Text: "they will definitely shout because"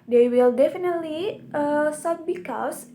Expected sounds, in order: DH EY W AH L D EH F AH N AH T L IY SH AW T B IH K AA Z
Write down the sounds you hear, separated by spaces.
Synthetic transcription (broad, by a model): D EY W AH L D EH F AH N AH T L IY S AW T B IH K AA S